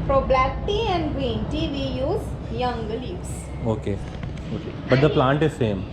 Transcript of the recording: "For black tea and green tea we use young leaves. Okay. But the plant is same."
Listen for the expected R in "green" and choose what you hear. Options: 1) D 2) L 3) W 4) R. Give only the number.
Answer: 3